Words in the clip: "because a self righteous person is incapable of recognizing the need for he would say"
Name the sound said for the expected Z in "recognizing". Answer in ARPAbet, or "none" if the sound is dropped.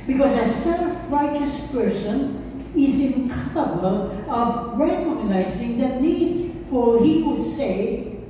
Z